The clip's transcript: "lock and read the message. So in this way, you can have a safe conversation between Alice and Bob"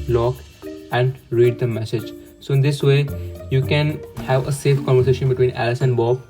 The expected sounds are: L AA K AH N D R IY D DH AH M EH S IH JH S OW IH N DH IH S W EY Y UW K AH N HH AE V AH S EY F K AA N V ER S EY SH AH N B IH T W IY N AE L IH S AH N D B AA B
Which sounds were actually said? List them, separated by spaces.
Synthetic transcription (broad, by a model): L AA K AH N D R IY D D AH M EH S IH JH S OW IH N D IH S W EY Y UW K AH N HH AE V AH S EY F K AA N V ER S EY SH AH N B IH T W IY N AE L IH S AH N D B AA B